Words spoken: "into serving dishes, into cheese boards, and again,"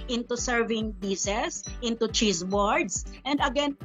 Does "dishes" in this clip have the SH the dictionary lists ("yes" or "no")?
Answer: no